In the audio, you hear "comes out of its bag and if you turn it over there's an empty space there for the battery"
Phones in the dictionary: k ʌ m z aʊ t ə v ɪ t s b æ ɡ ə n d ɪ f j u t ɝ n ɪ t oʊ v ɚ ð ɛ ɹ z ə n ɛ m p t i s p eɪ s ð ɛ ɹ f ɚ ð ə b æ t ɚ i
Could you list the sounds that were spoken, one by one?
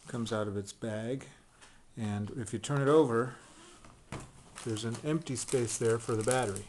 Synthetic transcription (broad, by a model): k ʌ m z aʊ t ə v ɪ t s b æ ɡ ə n ɪ f j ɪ t ɝ n ɪ t oʊ v ɚ ð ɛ ɹ z ə n ɛ m p t i s p eɪ s ð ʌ ɹ f ɚ ð ə b æ t ɚ i